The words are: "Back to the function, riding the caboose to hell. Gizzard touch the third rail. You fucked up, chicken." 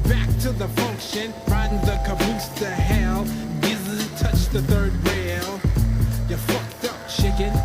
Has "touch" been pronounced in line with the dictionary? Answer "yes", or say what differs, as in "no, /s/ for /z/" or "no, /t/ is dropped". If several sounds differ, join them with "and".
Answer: yes